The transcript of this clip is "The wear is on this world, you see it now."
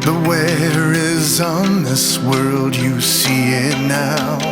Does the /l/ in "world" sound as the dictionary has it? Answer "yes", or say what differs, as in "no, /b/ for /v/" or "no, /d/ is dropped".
yes